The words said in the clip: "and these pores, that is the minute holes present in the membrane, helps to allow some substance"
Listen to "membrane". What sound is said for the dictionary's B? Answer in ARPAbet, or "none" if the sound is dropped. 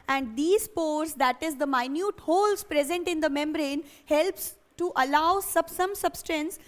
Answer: B